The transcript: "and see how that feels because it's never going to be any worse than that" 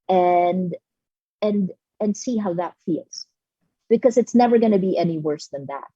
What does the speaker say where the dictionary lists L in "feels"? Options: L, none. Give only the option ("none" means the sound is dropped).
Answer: L